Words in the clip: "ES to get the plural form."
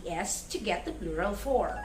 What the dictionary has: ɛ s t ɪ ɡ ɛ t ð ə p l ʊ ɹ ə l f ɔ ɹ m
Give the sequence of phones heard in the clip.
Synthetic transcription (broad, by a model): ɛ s t ɪ ɡ ɛ t ð ə b l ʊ ɹ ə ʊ f ɔ ɹ